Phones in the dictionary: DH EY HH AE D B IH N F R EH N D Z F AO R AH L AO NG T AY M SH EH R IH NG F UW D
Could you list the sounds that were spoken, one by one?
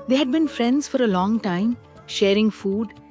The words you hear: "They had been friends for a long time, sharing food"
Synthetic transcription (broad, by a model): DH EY HH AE D B IH N F R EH N D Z F AO R AH L AO NG T AY M SH EH R IH NG F UW D